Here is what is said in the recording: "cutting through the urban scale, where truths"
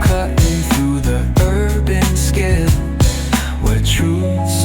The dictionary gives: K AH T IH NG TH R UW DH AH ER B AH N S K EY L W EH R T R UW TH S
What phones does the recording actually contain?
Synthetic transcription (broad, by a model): K AH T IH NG TH R UW DH AH ER B AH N S K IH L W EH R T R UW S